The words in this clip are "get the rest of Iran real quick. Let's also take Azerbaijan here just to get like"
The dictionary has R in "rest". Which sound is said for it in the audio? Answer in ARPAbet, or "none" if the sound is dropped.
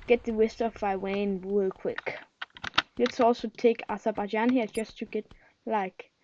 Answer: W